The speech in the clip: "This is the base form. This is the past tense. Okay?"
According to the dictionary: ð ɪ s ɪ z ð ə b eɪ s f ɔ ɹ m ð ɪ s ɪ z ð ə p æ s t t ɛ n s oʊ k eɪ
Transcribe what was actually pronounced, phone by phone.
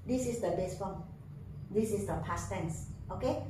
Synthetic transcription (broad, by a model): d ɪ s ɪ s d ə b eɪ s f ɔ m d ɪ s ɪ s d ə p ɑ s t t ɛ n s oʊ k eɪ